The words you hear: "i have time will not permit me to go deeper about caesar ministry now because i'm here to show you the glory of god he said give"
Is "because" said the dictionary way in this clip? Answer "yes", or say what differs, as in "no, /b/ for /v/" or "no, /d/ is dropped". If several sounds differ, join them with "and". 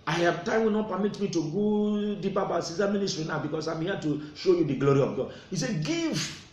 no, /s/ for /z/